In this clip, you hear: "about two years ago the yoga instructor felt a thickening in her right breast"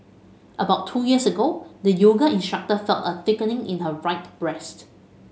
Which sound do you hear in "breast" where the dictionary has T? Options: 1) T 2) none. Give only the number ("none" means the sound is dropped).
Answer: 1